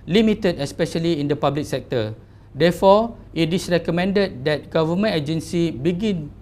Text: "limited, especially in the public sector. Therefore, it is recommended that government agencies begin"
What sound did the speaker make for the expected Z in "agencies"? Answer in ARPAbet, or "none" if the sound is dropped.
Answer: none